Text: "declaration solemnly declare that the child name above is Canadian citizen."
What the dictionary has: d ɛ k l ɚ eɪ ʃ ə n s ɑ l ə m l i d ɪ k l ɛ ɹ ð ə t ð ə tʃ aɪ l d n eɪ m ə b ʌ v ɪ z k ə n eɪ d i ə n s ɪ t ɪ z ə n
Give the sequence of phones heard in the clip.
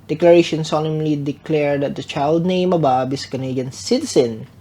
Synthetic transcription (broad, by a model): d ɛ k l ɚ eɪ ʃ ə n s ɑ l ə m l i d ɪ k l ɛ ɹ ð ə t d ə tʃ aɪ l d n eɪ m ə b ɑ b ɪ s k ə n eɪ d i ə n s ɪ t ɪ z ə n